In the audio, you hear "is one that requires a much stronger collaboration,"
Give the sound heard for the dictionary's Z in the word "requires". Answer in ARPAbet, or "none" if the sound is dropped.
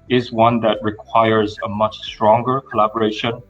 Z